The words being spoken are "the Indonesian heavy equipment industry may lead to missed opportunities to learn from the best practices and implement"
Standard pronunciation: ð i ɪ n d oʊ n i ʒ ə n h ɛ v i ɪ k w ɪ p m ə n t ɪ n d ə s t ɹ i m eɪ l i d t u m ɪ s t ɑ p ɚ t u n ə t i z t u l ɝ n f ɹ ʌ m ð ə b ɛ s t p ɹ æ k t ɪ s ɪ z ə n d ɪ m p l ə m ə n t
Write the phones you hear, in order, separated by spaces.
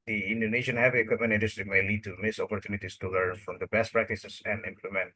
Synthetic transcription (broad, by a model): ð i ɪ n d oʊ n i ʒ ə n h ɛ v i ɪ k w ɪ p m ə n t ɪ n d ə s t ɹ i m eɪ l i d t u m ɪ s ɑ p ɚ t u n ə t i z t u l ɝ n f ɹ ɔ m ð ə b ɛ s t p ɹ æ k t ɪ s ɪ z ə n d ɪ m p l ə m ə n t